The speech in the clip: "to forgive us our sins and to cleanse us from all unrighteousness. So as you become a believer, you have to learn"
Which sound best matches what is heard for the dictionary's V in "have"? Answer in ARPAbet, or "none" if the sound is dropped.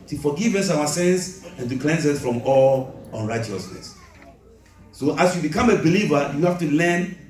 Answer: F